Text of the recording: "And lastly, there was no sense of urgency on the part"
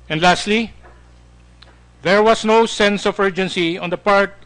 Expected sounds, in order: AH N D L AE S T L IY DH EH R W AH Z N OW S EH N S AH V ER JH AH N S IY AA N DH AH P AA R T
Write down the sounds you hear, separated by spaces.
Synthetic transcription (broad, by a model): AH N D L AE S T L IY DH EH R W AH S N OW S EH N S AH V ER JH AH N S IY AA N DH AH P AA R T